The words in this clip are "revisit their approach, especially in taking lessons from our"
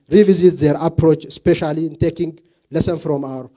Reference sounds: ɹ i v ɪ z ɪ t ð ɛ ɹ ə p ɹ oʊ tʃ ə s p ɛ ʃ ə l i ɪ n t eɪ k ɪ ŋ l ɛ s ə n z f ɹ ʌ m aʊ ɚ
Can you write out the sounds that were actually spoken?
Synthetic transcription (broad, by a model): ɹ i v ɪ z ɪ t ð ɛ ɹ ə p ɹ oʊ tʃ s p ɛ ʃ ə l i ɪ n t eɪ k ɪ ŋ l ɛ s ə n f ɹ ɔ m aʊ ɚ